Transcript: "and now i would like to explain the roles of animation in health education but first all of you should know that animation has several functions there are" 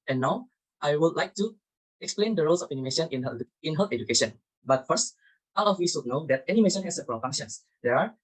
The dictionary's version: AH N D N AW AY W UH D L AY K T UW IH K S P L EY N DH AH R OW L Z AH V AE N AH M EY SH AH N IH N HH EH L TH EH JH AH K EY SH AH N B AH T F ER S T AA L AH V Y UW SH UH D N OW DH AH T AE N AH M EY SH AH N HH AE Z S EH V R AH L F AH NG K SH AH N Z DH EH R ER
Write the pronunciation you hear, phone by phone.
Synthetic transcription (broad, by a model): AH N N AW AY W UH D L AY K T UW IH K S P L EY N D AH R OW L S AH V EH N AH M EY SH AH N IH N HH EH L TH EH JH AH K EY SH AH N B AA T F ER S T AA L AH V Y UW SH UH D N OW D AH T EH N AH M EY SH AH N HH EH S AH P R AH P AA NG SH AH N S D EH R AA